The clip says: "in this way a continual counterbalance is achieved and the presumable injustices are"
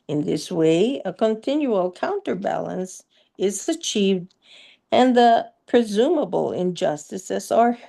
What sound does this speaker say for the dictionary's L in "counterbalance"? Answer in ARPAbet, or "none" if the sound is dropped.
L